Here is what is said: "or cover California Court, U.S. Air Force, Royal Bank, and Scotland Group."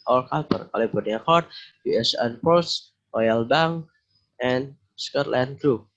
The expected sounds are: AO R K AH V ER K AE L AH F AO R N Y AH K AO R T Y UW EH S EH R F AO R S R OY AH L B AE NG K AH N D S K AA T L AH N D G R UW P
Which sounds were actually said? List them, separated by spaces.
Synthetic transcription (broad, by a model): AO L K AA P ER K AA L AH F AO R N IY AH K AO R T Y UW EH S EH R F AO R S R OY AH L B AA NG AH N S K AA T L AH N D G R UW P